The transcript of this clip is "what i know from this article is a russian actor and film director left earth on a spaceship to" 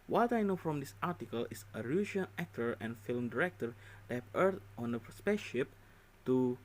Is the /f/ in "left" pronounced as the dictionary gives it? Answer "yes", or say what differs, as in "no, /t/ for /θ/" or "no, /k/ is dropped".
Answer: no, /f/ is dropped